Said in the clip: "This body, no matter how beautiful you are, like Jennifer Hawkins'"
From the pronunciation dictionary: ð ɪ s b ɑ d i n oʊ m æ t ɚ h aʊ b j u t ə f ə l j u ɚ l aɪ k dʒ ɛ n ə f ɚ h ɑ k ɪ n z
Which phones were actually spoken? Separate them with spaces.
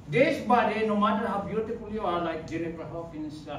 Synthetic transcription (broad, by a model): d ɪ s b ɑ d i n oʊ m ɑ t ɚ h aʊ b j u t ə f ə l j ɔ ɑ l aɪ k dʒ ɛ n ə p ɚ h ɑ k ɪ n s